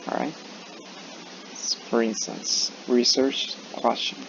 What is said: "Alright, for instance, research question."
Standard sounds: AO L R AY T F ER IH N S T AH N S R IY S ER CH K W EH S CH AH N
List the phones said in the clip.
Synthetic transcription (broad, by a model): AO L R AY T F ER IH N S T AH N S R IY S ER CH K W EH S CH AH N